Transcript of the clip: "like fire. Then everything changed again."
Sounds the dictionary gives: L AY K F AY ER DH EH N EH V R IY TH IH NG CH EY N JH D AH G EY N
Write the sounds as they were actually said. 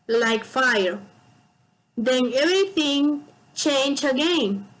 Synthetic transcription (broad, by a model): L AY K F AY ER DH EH N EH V R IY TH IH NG CH EY N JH AH G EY N